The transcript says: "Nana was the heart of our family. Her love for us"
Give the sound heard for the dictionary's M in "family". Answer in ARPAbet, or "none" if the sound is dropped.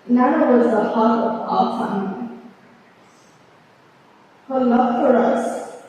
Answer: none